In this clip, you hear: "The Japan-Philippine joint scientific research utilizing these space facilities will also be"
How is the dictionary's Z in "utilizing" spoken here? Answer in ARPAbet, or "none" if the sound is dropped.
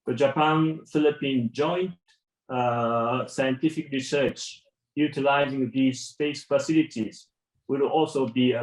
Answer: Z